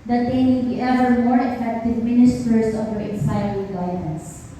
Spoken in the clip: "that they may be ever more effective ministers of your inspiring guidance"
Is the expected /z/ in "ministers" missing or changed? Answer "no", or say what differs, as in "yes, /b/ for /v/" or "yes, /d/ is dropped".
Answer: yes, /s/ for /z/